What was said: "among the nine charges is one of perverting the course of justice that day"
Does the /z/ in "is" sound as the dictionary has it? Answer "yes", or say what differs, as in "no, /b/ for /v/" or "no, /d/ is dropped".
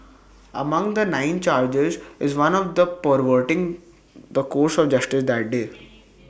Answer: yes